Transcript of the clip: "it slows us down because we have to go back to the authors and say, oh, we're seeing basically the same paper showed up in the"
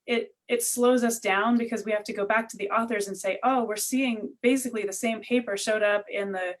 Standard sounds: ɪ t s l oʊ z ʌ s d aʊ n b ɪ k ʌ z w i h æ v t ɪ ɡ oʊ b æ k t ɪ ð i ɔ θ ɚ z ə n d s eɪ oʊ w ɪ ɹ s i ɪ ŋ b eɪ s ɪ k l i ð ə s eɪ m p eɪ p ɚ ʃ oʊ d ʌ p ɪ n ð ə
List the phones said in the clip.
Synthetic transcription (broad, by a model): ɪ t s l oʊ z ʌ s d aʊ n b ɪ k ʌ z w i h æ f t ɪ ɡ oʊ b æ k t ɪ ð i ɔ θ ɚ z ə n s eɪ oʊ w ɪ ɹ s i ɪ ŋ b eɪ s ɪ k l i ð ə s eɪ m p eɪ p ɚ ʃ oʊ d ʌ p ɪ n ð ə